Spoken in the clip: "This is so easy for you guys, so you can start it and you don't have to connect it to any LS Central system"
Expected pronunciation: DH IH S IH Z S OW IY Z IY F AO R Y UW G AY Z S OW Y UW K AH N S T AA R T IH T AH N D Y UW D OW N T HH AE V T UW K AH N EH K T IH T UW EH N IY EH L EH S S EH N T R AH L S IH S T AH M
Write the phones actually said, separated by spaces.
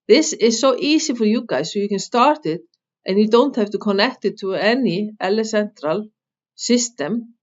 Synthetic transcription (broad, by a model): DH IH S IH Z S OW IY S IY F AO R Y UW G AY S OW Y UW K AH N S T AA R T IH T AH N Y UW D OW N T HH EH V T UW K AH N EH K T IH T UW EH N IY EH L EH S S EH N T R AH L S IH S T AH M